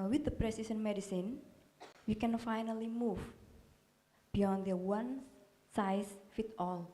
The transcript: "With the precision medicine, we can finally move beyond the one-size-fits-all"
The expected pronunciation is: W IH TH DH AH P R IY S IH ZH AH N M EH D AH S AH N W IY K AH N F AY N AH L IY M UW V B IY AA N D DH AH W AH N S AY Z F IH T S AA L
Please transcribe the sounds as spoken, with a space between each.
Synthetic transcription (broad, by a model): W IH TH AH P R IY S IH S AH N M EH D AH S AH N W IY K AH N F AY N AH L IY M UW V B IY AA N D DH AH W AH N S AY S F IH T AA L